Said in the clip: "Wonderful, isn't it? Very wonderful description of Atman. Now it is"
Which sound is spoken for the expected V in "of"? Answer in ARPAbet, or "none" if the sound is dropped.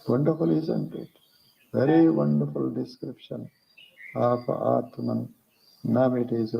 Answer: P